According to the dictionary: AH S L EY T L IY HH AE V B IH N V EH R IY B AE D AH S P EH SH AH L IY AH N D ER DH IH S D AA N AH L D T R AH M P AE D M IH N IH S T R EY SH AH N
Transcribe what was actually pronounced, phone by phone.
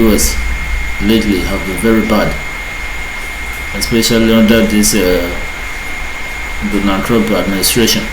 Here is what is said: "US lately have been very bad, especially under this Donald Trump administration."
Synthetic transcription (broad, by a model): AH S L EY T L IY HH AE V B IH N V EH R IY B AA D AH S P EH SH AH L IY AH N D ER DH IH S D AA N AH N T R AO P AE D M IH N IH S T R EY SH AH N